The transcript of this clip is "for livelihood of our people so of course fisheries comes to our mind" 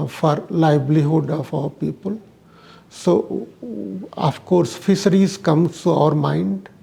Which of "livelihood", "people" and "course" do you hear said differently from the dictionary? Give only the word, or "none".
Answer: livelihood